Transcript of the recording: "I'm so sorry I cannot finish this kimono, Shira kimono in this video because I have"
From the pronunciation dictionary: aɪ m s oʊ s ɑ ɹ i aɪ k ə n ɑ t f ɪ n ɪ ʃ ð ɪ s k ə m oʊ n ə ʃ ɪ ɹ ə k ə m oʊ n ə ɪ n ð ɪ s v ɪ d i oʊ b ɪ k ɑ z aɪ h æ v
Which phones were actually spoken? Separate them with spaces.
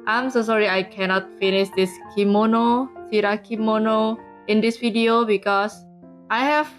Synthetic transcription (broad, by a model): aɪ m s oʊ s ɑ ɹ i aɪ k ə n ɑ t f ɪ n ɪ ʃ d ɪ s k ə m oʊ n ə s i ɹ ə k ə m oʊ n ə ɪ n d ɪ s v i d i oʊ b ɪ k ɑ s aɪ h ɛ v